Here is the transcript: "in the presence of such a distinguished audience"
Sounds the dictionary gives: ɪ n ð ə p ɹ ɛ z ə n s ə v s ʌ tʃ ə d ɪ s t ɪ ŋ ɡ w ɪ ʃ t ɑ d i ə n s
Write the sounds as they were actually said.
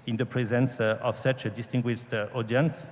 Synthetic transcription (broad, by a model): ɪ n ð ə p ɹ ɛ z ə n s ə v s ʌ tʃ ə d ɪ s t ɪ ŋ ɡ w ɪ ʃ t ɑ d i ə n s